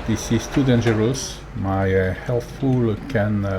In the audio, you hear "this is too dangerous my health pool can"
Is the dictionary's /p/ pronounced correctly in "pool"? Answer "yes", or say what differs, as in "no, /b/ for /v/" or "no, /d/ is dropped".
no, /f/ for /p/